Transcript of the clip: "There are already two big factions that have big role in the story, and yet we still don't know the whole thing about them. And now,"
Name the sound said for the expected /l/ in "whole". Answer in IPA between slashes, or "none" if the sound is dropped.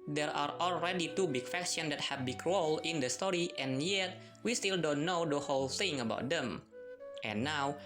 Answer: /l/